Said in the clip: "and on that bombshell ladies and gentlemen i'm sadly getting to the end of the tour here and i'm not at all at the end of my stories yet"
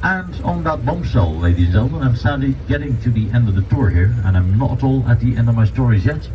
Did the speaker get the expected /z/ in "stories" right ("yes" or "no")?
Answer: yes